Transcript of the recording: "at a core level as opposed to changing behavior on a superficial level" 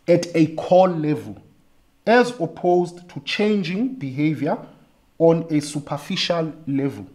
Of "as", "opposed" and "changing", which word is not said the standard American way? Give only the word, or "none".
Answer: none